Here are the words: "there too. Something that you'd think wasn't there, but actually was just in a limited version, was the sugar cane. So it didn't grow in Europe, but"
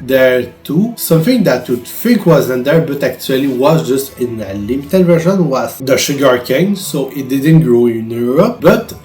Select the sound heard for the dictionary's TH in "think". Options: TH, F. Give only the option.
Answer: F